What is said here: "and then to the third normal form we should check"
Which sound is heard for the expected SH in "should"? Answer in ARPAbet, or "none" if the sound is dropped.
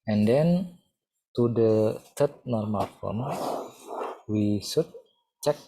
S